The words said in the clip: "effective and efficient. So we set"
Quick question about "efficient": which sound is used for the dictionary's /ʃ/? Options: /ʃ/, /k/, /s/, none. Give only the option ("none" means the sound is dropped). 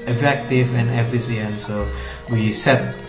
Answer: /s/